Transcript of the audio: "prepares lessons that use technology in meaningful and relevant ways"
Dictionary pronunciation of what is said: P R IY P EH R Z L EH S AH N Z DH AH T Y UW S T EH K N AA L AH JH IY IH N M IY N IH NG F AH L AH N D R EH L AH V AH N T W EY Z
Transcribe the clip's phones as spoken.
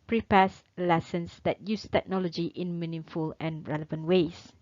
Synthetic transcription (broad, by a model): P R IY P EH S L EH S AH N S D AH T Y UW S T EH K N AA L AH JH IY IH N M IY N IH F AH L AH N R EH L AH V AH N T W EY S